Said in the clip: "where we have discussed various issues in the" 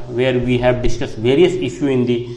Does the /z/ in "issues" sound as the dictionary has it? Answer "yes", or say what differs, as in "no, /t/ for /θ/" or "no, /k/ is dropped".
no, /z/ is dropped